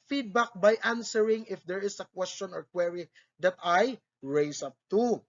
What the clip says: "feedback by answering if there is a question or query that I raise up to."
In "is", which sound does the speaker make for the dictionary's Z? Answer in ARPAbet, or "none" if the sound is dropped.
S